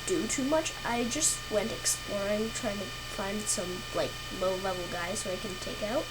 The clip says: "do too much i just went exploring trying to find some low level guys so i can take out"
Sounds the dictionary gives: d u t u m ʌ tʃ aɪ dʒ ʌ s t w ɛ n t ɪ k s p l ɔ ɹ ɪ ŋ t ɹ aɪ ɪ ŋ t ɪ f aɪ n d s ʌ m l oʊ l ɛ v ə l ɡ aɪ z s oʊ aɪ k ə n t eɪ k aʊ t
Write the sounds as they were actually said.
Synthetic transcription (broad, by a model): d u t u m ʌ tʃ aɪ dʒ ʌ s t w ɛ n t ɪ k s p l ɔ ɹ ɪ ŋ t ɹ aɪ ɪ ŋ t ɪ f aɪ n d s ʌ m l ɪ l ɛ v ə l ɡ aɪ z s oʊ aɪ k ə n t eɪ k aʊ t